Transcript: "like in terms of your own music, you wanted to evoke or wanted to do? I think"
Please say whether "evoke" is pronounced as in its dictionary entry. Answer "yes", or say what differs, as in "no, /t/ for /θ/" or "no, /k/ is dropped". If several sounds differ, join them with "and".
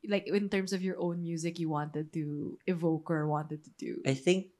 yes